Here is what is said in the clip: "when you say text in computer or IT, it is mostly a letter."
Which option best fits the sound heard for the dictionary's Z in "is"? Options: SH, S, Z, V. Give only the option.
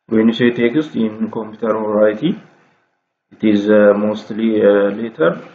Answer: Z